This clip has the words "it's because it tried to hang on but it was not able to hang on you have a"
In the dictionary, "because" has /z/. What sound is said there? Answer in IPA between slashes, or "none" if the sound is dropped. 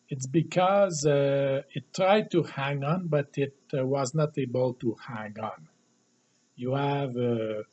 /z/